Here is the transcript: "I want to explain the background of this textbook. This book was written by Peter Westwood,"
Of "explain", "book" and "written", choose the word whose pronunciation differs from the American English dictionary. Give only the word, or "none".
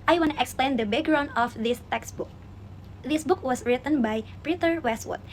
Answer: none